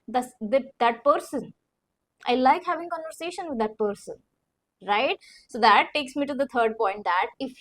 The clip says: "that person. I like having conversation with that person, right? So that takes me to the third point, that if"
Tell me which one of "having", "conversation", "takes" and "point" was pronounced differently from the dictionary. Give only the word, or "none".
none